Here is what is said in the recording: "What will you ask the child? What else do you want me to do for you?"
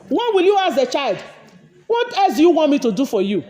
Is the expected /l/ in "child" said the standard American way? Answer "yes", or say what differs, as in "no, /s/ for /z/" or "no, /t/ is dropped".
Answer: yes